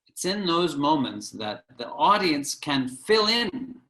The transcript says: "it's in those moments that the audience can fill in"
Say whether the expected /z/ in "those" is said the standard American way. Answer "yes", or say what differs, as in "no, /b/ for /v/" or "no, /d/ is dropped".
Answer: yes